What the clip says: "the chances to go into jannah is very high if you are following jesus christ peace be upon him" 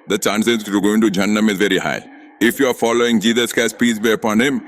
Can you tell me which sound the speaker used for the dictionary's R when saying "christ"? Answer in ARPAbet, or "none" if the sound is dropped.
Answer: none